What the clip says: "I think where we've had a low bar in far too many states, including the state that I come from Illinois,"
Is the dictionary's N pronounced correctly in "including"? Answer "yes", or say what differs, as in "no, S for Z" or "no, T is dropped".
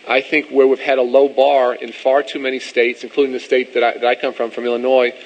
yes